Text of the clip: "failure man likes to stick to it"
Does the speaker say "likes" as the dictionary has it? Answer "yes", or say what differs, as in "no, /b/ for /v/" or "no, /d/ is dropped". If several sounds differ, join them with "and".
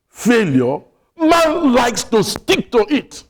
yes